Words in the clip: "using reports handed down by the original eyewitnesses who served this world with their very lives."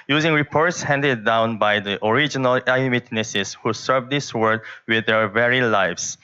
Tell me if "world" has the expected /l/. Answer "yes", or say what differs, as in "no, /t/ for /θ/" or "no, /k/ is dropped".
no, /l/ is dropped